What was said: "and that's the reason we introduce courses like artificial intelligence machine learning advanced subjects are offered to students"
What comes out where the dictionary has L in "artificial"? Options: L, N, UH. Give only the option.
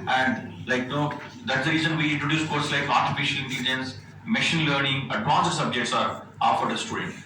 L